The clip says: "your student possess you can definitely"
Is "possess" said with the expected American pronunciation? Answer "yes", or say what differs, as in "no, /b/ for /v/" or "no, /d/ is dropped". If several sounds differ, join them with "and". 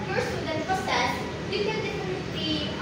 no, /s/ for /z/